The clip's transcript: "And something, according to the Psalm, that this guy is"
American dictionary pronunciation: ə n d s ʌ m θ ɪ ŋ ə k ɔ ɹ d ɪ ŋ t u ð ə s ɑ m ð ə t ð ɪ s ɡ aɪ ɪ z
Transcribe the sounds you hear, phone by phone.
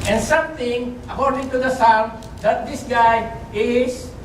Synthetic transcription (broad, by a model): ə n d s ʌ m t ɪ ŋ ə k ɔ ɹ d ɪ ŋ t u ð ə s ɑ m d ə t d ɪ s ɡ aɪ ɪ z